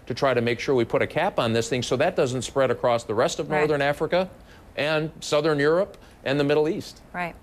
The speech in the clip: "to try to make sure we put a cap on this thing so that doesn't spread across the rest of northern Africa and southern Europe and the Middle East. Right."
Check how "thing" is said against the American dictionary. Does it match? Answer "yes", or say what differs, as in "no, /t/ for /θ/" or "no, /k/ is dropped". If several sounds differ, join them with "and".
yes